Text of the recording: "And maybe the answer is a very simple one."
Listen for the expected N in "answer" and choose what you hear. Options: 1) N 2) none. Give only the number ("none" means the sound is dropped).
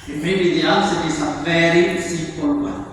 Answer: 2